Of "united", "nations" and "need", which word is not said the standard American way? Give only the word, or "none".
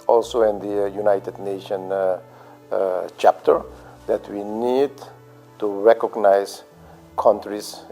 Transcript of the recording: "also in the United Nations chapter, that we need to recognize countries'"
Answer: nations